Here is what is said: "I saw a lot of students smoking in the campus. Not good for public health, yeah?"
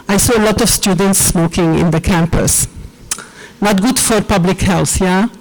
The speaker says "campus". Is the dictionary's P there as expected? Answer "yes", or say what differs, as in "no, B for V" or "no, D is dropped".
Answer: yes